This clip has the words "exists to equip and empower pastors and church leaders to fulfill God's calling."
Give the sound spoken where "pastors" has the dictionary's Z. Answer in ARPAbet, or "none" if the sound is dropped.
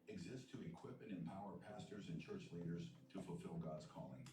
Z